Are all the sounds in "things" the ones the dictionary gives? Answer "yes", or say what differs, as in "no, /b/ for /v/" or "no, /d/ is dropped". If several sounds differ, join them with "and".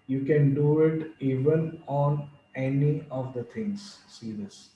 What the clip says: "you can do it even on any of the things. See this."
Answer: no, /t/ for /θ/